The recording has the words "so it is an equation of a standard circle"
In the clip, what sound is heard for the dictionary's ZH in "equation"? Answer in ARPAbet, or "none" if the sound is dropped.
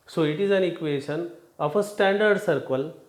SH